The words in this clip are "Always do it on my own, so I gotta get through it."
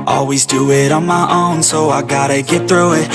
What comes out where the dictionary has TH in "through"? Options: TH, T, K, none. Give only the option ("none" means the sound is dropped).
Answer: TH